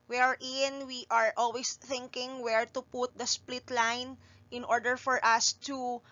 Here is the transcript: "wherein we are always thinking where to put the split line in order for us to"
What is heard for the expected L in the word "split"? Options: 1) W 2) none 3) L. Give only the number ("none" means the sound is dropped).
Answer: 3